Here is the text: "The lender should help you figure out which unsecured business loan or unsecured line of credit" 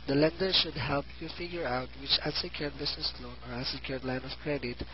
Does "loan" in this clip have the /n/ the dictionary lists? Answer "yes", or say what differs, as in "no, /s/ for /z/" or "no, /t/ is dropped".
yes